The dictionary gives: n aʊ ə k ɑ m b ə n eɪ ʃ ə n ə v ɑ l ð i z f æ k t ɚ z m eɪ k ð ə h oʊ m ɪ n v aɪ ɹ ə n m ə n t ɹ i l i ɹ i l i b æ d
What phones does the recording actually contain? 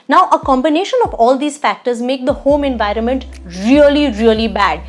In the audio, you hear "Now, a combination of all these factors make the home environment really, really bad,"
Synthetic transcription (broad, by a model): n aʊ ə k ɑ m b ə n eɪ ʃ ə n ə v ɑ l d i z f æ k t ɚ z m eɪ k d ə h oʊ m ɪ n v aɪ ɹ ə n m ə n t ɹ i l i ɹ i l i b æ d